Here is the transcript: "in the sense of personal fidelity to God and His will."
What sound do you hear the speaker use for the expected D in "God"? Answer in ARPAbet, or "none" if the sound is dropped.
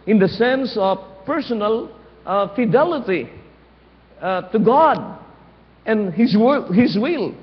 D